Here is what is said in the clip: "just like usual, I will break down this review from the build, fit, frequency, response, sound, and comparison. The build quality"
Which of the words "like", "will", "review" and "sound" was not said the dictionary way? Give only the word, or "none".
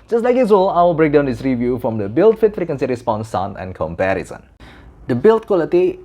sound